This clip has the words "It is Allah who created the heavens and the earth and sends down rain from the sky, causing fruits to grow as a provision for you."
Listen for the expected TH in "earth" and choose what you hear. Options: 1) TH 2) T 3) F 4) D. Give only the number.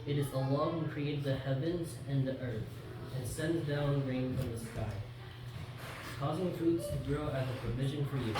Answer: 1